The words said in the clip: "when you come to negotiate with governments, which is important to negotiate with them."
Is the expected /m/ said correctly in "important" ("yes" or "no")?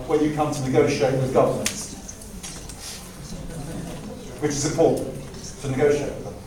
no